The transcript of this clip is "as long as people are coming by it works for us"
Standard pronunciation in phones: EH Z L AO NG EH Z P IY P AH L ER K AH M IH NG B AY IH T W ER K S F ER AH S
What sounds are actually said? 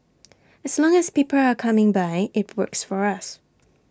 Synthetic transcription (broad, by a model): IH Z L AO NG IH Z P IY P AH L ER K AH M IH NG B AY IH T W ER K S F ER AH S